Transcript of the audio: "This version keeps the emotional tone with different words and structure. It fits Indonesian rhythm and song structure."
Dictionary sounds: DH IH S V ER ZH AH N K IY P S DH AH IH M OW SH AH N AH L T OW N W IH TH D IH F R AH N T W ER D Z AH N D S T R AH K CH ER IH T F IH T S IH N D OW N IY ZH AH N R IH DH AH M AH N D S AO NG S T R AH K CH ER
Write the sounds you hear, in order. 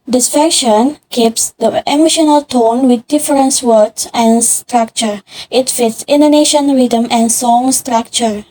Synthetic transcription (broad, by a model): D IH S F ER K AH N K IY P S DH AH IH M OW SH AH N AH L T OW N W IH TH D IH F R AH N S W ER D S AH N S T R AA K CH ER IH T F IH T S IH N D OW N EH SH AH N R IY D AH M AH N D S AO NG S T R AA K CH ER